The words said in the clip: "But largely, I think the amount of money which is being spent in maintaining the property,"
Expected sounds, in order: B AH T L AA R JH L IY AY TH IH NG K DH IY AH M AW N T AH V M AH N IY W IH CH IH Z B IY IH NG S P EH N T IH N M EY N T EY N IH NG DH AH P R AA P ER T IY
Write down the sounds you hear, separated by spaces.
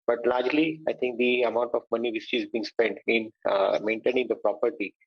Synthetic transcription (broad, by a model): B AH T L AA R JH L IY AY T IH NG K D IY AH M AW N T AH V M AH N IY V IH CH IH Z B IY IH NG S P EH N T IH N M EY N T EY N IH NG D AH P R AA P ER T IY